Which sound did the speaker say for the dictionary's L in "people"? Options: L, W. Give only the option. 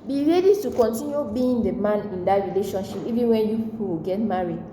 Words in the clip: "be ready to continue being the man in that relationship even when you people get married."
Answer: W